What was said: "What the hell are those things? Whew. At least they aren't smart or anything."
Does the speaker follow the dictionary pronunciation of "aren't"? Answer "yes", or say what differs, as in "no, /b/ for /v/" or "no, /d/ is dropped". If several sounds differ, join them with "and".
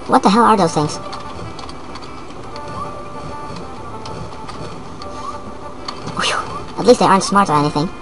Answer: yes